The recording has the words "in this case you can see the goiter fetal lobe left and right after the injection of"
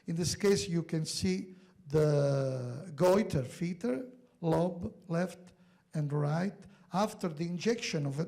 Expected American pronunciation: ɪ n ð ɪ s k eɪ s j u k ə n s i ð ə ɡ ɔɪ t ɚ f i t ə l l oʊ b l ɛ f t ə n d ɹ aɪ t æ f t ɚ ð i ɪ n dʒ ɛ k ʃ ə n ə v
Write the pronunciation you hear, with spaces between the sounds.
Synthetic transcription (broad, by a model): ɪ n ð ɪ s k eɪ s j u k ə n s i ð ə ɡ ɔɪ t ɚ f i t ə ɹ l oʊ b l ɛ f t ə n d ɹ aɪ t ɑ f t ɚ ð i ɪ n dʒ ɛ k ʃ ə n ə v